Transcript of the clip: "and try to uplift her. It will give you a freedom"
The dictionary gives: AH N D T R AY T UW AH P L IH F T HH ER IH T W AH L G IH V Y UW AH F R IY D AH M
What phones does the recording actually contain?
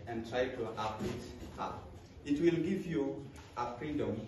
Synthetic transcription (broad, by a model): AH N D T R AY T UW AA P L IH T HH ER IH T W AH L G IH V Y UW AH F R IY D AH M